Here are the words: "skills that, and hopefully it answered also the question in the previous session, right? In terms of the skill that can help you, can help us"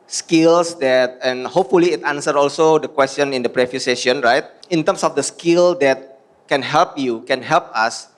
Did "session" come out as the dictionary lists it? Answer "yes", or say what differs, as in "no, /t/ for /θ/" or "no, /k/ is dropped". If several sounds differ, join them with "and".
no, /ʃ/ is dropped